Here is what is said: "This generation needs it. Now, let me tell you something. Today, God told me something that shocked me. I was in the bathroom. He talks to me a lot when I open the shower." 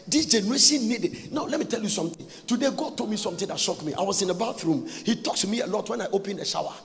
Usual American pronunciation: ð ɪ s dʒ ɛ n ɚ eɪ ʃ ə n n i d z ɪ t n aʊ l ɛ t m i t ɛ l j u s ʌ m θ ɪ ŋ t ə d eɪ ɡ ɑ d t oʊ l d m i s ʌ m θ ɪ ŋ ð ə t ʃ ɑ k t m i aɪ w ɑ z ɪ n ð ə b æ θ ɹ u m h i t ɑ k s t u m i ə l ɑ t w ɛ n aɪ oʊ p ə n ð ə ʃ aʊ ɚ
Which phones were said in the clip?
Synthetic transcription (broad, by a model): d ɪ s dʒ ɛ n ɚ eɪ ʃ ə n n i d ɪ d n aʊ l ɛ t m i t ɛ l j u s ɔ m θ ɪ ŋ t ə d eɪ ɡ ɑ d t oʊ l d m i s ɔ m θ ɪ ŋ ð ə t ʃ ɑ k m i aɪ w ɑ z ɪ n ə b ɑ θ ɹ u m h i t ɑ k s t u m i ə l ɑ t w ɛ n aɪ oʊ p ə n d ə ʃ aʊ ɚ